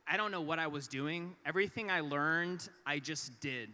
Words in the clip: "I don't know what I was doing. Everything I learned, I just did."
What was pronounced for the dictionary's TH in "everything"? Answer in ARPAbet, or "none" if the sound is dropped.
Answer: TH